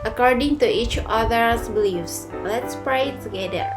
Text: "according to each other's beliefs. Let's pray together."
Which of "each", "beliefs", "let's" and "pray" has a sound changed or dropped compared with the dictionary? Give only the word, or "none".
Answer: none